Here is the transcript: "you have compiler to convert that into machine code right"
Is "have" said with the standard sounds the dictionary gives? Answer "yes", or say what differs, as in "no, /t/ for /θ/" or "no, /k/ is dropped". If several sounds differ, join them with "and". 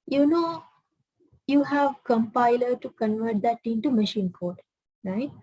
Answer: yes